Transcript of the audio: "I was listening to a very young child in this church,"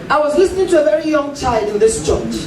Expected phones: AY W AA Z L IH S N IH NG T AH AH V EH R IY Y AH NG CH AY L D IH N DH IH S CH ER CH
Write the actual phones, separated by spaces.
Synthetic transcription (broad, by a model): AY W AA Z L IH S N IH NG T AH AH V EH R IY Y AH NG CH AY L D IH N DH IH S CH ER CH